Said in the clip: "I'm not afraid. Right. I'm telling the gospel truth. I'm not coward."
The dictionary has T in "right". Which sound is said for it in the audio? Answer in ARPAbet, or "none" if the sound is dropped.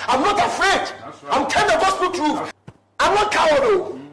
none